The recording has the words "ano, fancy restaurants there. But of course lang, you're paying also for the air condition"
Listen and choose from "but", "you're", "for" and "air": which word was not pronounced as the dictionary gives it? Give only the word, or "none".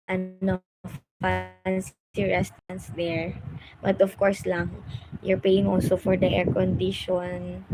none